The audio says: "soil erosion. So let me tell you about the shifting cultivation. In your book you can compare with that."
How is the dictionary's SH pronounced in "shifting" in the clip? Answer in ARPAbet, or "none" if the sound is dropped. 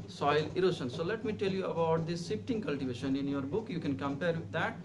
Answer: S